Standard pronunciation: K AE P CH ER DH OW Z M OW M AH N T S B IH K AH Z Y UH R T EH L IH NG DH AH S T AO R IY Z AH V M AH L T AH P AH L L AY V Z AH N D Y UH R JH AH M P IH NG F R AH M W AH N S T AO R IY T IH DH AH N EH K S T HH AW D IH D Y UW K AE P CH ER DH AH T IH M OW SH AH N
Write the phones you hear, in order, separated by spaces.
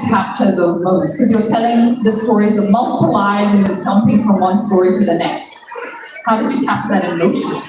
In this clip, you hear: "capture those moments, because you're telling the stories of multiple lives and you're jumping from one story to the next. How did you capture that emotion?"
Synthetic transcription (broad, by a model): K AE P CH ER DH OW Z M OW M AH N T S K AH Z Y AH R T EH L IH NG DH AH S T AO R IY Z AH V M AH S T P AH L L AY Z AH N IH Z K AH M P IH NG F R AH M W AH N S T AO R IY T IH DH AH N EH K S T HH AW D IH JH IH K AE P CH DH AH T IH M OW SH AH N